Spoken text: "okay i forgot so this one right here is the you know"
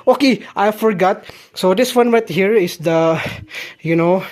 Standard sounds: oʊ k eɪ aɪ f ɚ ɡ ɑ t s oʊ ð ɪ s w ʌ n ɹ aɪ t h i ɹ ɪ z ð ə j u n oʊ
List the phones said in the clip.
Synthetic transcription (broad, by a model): oʊ k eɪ aɪ f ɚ ɡ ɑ t s oʊ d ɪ s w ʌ n w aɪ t h i ɹ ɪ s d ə j u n oʊ